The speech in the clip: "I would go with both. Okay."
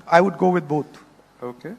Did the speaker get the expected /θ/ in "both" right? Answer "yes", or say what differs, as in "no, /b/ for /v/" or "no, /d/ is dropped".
no, /t/ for /θ/